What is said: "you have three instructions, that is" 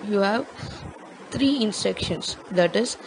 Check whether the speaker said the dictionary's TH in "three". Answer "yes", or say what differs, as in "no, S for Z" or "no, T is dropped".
no, T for TH